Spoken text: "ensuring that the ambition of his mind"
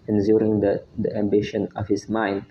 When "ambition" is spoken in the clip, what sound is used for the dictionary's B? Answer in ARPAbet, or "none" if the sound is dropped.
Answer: B